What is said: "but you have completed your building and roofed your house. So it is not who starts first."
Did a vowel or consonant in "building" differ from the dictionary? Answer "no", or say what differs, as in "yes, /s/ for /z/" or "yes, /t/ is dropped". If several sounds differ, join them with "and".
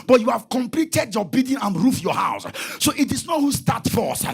yes, /l/ is dropped